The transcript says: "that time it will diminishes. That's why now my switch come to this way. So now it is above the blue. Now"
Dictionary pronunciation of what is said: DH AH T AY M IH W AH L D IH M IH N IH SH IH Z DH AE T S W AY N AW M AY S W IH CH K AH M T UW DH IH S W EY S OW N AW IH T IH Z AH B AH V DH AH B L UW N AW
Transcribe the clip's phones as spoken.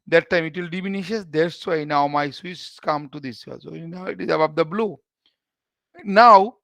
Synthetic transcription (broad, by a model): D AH T AY M IH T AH L D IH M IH N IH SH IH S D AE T S W AY N AW M AY S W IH S K AH M T UW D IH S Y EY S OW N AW IH T IH Z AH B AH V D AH B L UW N AW